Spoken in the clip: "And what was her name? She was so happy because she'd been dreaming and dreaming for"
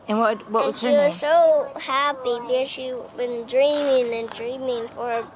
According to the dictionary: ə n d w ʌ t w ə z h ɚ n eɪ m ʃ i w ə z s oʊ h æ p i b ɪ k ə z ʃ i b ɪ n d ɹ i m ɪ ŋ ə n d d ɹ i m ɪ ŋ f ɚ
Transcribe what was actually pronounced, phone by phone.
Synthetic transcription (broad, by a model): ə n w ʌ t w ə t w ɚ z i w ə z s oʊ h æ p i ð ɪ ə ʃ i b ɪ n d ɹ i m ɪ ŋ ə n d d ɹ i m ɪ ŋ f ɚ